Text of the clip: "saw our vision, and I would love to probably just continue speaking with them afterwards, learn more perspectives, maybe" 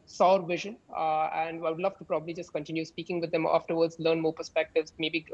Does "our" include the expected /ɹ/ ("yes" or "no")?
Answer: yes